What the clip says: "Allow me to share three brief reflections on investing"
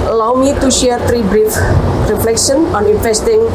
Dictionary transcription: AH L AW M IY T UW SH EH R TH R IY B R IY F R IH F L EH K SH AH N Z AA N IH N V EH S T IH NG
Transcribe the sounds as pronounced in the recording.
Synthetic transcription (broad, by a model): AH L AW M IY T UW SH EH R T R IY B R IY F R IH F L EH K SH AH N AA N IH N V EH S T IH NG